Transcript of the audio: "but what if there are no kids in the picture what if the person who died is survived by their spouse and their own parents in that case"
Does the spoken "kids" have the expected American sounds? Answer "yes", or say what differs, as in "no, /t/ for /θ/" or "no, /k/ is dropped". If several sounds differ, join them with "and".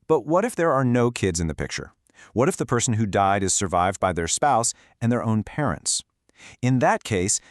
yes